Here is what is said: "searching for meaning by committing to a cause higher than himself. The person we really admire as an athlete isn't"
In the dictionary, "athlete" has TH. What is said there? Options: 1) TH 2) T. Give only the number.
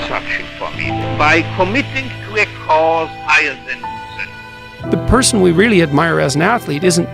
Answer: 1